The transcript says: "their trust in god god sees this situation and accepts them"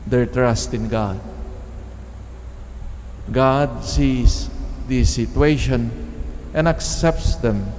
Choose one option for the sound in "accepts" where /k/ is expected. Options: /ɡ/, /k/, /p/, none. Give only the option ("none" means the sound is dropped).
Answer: /k/